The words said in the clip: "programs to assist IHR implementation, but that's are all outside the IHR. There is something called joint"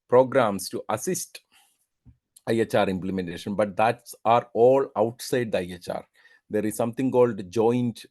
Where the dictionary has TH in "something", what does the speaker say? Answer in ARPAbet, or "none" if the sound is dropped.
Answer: T